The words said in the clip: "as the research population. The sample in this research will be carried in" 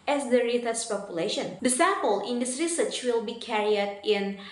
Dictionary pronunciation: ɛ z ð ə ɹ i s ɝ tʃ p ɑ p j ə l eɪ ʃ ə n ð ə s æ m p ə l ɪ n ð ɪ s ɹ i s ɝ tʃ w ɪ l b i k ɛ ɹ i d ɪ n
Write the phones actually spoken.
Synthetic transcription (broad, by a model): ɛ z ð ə ɹ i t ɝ s p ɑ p j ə l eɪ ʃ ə n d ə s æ p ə l ɪ n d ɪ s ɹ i s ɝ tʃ w ɪ l b i k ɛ ɹ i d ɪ n